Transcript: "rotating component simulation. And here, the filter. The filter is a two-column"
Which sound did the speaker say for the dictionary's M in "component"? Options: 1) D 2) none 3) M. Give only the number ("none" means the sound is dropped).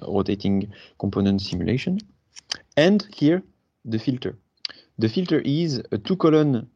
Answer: 3